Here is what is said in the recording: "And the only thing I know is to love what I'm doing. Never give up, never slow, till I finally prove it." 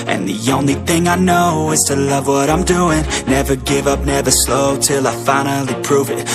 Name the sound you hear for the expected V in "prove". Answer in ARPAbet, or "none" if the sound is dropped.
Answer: V